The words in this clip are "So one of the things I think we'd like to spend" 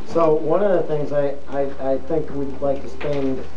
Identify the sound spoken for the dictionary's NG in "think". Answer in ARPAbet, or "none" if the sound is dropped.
NG